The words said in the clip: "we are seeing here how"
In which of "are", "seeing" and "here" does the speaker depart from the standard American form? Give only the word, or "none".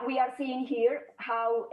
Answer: none